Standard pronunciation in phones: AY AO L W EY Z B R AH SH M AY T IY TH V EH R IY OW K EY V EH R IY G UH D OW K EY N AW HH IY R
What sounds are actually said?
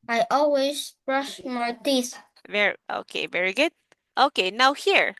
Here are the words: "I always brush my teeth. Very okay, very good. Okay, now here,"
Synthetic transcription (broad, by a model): AY AO L W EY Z B R AH SH M AY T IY S V EH R IY OW K EY V EH R IY G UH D OW K EY N AW HH IY R